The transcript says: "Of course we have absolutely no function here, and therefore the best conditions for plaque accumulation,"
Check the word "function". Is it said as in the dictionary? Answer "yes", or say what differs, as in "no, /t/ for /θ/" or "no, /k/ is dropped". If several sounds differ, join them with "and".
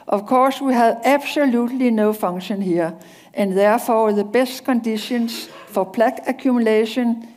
no, /k/ is dropped